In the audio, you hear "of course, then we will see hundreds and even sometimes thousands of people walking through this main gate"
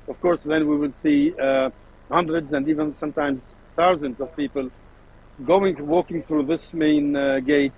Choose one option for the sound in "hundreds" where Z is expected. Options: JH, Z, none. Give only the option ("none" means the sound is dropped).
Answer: Z